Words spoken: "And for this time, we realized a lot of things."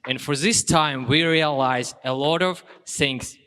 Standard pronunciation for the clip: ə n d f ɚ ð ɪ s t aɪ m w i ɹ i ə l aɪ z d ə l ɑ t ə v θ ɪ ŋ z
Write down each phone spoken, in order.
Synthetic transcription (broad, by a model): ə n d f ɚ ð ɪ s t aɪ m w i ɹ i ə l aɪ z ə l ɑ t ə v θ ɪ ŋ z